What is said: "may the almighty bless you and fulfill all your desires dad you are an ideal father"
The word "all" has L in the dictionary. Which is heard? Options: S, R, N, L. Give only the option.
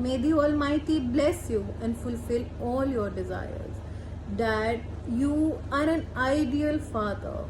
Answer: L